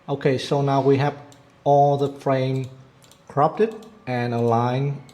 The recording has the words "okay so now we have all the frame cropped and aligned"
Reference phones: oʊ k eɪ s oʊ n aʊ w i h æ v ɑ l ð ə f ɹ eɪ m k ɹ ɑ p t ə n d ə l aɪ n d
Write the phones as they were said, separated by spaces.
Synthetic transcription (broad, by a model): oʊ k eɪ s oʊ n aʊ w i h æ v ɑ l ð ə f ɹ eɪ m k ɹ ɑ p t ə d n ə l aɪ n